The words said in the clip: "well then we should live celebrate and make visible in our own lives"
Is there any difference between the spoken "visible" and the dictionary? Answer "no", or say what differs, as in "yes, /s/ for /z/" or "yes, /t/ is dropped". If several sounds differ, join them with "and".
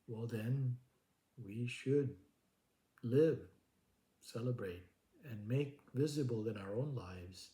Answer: no